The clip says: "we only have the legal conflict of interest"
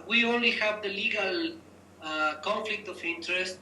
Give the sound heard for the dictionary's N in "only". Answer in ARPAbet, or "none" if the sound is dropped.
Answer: N